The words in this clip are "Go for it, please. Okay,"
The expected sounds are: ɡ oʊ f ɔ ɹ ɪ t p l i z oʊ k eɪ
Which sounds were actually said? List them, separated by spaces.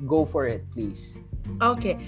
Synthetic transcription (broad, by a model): ɡ oʊ f ɔ ɹ ɪ t p l i s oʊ k eɪ